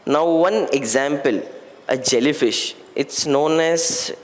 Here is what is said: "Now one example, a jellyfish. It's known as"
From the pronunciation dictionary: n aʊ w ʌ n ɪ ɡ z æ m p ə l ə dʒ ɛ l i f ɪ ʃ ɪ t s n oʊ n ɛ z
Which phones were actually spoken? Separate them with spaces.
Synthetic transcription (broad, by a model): n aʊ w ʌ n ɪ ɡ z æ m p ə l ə dʒ ɛ l i f ɪ ʃ ɪ t s n oʊ n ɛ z